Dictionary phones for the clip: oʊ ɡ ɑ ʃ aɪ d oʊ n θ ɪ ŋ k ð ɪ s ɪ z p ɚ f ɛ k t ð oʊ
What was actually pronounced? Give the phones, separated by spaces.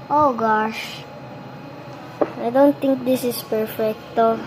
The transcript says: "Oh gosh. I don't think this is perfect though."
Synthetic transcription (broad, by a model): oʊ ɡ ɑ ʃ aɪ d oʊ n t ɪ ŋ k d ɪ s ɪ s p ɚ f ɛ k t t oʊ